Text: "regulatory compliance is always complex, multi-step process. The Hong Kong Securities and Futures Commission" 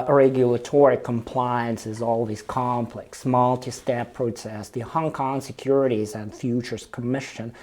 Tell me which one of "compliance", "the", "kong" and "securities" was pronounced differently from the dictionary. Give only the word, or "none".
none